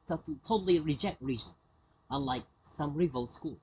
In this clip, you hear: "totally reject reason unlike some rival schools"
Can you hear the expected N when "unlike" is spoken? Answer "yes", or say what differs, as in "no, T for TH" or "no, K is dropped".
no, N is dropped